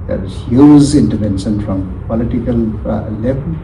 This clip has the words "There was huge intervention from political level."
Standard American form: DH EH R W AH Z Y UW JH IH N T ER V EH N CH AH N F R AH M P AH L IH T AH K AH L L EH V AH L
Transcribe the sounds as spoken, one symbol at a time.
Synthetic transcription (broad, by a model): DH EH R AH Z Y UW Z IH N T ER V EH N SH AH N F R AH M P AH L IH T AH K AH L L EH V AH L